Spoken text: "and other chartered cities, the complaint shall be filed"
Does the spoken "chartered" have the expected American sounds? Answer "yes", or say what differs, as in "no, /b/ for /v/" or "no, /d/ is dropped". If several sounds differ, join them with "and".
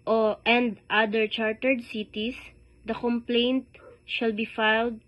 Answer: yes